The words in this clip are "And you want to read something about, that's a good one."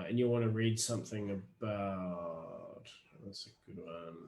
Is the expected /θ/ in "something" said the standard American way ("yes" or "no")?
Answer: yes